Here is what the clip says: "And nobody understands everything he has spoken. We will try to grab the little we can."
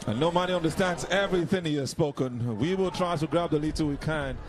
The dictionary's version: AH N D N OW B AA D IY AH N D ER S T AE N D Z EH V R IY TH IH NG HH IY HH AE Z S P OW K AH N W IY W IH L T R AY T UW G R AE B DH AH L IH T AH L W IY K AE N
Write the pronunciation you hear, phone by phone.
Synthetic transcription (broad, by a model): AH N N OW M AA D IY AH N D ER S T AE N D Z EH V R IY TH IH NG HH IY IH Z S P OW K AH N W IY W IH L T R AY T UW G R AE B DH AH L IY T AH W IY K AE N